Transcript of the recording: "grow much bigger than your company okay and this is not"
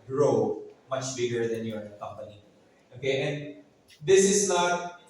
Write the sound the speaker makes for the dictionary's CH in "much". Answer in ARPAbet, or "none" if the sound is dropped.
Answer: CH